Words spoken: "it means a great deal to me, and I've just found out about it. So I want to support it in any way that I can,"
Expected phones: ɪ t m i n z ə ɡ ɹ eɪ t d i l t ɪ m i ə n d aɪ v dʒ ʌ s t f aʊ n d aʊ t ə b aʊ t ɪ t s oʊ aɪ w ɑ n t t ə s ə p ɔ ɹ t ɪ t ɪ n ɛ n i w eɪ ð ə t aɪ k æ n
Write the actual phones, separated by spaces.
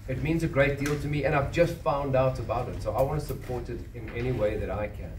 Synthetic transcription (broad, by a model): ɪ t m i n z ə ɡ ɹ eɪ t d i l t ɪ m i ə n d aɪ v dʒ ʌ s t f aʊ n d aʊ t ə b aʊ t ɪ t s oʊ aɪ w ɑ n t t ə s ə p ɔ ɹ t ɪ t ɪ n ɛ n i w eɪ ð ə t aɪ k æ n